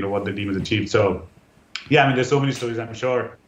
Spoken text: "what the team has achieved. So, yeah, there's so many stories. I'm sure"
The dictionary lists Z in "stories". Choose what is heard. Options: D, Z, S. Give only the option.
Z